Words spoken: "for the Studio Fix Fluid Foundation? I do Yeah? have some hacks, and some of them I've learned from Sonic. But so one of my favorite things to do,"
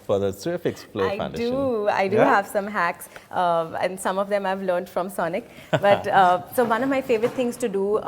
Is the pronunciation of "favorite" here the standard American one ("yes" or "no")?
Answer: yes